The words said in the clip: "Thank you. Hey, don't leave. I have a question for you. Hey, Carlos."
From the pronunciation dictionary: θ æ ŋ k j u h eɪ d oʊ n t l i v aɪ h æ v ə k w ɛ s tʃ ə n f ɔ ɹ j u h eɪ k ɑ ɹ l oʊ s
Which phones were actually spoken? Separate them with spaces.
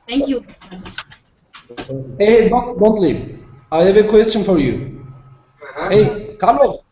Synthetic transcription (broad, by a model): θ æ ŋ k j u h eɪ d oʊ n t l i aɪ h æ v ə k w ɛ s tʃ ə n f ɔ ɹ j u h eɪ k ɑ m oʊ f